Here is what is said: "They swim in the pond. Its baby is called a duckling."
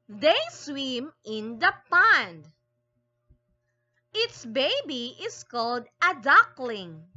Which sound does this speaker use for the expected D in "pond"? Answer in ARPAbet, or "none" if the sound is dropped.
D